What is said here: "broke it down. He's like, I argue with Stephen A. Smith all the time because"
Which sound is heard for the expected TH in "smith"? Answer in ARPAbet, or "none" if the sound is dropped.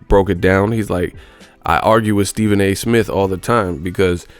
TH